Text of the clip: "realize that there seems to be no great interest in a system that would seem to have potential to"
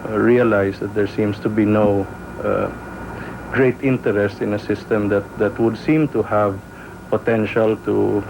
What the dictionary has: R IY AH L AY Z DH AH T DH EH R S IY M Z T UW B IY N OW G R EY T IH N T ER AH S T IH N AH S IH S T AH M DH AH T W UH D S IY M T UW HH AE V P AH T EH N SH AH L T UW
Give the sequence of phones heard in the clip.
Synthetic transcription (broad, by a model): R IY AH L AY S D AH T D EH R S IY M S T UW B IY N OW G R EY T IH N T ER AH S T IH N AH S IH S T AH M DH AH T W UH D S IY M T UW HH AE V P AH T EH N SH AH L T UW